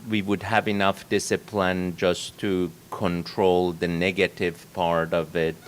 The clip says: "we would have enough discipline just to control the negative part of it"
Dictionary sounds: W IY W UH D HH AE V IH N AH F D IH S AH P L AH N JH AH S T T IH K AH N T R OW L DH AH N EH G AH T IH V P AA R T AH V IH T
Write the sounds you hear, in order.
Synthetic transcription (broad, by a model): W IY W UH D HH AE V IH N AH F D IH S AH P L AH N JH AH S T T IH K AH N T R OW L DH AH N EH G AH T IH V P AA R T AH V IH T